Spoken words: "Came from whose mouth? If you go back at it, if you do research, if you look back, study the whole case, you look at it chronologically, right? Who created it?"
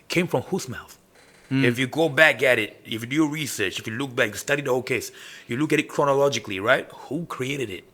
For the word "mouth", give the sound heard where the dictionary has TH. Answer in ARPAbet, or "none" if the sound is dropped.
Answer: TH